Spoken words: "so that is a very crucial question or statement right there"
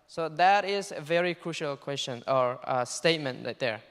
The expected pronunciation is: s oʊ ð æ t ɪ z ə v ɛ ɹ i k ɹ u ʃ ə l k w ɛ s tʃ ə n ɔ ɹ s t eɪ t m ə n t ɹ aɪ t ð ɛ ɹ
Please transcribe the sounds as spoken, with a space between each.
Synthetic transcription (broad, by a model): s oʊ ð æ t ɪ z ə v ɛ ɹ i k ɹ u ʃ ə l k w ɛ s tʃ ə n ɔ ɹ s t eɪ t m ə n t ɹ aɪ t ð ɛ ɹ